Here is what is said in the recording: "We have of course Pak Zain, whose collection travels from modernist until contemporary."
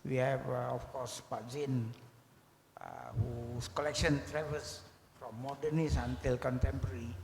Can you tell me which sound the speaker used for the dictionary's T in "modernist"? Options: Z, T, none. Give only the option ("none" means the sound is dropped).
none